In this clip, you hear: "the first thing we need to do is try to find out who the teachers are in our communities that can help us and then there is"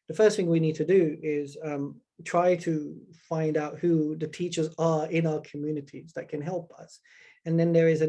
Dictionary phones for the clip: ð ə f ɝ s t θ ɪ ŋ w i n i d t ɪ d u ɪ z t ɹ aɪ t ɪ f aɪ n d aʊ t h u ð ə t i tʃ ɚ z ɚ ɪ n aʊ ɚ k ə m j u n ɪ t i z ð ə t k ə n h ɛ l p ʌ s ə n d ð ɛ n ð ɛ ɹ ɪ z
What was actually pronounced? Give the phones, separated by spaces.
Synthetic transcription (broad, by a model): ð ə f ɝ s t θ ɪ ŋ w i n i d t ɪ d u ɪ z t ɹ aɪ t ɪ f aɪ n d aʊ t h u ð ə t i tʃ ɚ z ɚ ɪ n aʊ ɚ k ə m j u n ɪ t i z ð ə t k ə n h ɛ l p ʌ s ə n ð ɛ n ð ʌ ɹ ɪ z